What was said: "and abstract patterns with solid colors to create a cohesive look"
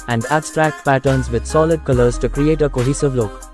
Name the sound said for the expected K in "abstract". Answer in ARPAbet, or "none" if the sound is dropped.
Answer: K